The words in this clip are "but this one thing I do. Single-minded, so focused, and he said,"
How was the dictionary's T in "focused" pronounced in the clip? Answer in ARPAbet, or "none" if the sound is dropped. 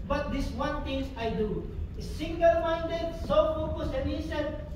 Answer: none